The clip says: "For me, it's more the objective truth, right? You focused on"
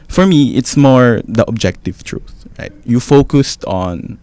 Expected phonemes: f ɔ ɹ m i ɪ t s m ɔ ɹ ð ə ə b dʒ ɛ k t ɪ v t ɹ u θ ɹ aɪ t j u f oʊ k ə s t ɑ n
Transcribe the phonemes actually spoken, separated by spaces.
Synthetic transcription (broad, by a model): f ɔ ɹ m i ɪ t s m ɔ ɹ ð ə ə b dʒ ɛ k t ɪ v t ɹ u θ ɹ aɪ t j u f oʊ k ə s t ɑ n